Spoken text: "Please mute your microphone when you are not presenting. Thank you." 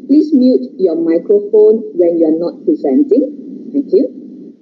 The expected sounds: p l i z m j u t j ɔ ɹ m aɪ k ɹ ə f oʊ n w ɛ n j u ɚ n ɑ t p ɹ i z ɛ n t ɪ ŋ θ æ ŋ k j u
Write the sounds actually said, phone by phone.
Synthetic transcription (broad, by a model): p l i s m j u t j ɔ m aɪ k ɹ ə f oʊ n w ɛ n j u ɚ n ɑ t p ɹ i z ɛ n t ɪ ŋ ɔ k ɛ